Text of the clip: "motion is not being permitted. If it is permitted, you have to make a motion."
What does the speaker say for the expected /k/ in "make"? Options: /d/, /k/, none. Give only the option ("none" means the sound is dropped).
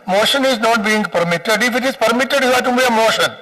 none